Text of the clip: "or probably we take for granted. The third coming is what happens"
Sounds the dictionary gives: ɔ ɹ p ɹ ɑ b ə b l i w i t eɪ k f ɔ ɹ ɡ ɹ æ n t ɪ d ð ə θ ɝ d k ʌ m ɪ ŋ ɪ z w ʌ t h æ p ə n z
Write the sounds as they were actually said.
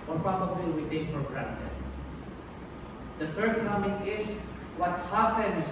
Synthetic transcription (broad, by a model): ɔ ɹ p ɹ ɑ b ə b l i w i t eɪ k f ɔ ɹ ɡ ɹ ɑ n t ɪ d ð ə f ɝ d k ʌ m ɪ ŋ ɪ s w ʌ t h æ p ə n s